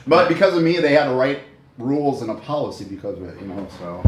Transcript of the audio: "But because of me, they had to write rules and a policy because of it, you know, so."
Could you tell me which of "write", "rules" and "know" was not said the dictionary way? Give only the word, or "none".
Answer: none